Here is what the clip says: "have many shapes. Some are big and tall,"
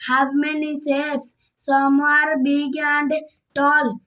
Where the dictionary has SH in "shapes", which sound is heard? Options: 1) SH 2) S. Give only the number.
2